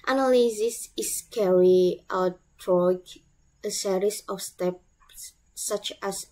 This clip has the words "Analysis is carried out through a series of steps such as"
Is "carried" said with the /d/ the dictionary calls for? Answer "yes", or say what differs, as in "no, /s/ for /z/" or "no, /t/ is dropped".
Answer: no, /d/ is dropped